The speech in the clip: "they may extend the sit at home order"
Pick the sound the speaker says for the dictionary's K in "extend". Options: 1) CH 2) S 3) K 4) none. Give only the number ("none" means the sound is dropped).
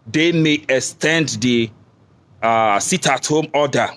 3